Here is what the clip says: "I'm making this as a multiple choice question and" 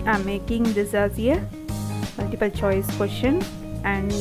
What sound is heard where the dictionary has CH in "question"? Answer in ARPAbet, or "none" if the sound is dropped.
SH